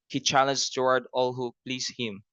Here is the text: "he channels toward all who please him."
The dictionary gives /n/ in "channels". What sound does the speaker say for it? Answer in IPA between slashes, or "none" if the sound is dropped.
/l/